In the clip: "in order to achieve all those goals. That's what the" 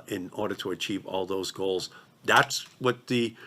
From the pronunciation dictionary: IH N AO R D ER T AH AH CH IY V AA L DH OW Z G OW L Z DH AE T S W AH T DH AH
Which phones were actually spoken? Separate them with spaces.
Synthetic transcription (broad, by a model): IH N AO R D ER T AH AH CH IY V AA L DH OW Z G OW L Z DH AE T S W AH T DH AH